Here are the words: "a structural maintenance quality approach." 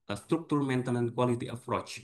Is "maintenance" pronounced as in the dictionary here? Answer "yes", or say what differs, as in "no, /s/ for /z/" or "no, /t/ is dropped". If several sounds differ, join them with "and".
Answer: no, /s/ is dropped